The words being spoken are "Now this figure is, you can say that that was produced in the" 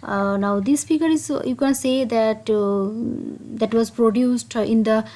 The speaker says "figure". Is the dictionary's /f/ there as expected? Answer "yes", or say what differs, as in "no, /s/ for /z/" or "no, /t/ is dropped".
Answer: no, /p/ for /f/